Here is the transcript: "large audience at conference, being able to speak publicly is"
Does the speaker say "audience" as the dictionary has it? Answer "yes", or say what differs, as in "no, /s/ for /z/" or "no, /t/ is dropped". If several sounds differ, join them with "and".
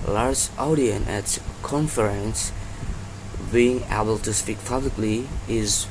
no, /s/ is dropped